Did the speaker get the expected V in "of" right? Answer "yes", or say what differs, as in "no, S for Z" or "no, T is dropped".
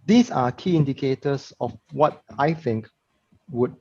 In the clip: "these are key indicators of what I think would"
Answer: no, F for V